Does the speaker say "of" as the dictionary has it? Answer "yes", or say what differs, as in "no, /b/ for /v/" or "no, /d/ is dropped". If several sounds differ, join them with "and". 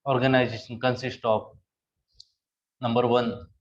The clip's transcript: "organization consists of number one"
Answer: no, /p/ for /v/